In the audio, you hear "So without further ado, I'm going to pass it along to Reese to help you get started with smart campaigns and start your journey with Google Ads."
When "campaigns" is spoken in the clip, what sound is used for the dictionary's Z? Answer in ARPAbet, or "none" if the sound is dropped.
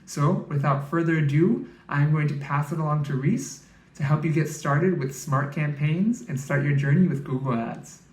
Z